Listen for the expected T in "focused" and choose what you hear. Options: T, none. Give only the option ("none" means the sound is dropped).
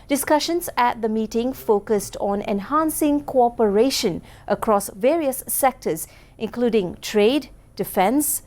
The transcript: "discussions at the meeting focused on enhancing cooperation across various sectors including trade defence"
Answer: T